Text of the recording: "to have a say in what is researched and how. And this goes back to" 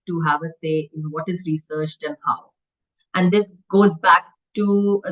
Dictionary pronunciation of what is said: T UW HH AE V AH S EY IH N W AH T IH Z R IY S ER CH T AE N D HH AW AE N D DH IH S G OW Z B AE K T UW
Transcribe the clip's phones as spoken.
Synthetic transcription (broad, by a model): T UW HH AE V AH S EY IH N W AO T IH Z R IY S ER CH T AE N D HH AW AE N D IH S G OW Z B AE K T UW